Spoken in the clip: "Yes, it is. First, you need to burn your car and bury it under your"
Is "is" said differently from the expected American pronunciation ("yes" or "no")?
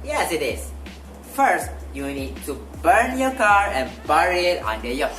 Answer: yes